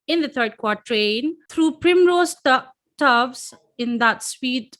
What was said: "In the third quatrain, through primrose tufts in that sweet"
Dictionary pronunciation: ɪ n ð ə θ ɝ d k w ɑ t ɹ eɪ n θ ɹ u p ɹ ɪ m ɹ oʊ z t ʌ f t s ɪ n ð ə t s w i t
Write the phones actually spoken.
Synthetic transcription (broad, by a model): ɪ n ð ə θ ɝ d k w ɑ t ɹ eɪ n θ ɹ u p ɹ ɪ m ɹ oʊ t t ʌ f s ɪ n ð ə t s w i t